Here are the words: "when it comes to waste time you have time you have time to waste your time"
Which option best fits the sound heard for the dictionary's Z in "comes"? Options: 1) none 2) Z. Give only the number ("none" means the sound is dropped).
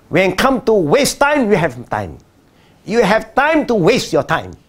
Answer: 1